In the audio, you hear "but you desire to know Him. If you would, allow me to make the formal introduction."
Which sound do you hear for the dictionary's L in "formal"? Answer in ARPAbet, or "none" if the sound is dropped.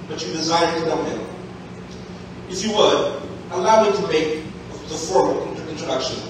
N